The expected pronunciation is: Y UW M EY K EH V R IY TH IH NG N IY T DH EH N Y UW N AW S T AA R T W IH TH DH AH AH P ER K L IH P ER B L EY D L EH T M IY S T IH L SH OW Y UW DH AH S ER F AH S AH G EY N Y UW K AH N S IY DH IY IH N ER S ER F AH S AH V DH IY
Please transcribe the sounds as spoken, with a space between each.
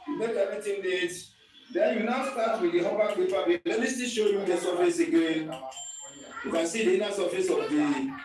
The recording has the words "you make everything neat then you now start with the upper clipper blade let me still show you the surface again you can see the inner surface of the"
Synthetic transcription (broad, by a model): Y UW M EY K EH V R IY T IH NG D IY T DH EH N Y UW N AW S T AA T W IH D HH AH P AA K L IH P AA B EY L EH T M IY S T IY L SH OW Y UW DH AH S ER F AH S AH G EY N Y UW K AH N S IY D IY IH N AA S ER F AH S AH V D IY